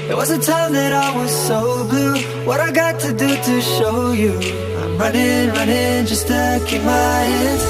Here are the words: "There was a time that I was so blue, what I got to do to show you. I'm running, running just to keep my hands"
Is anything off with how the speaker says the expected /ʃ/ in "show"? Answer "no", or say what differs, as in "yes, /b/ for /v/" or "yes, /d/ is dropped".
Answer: no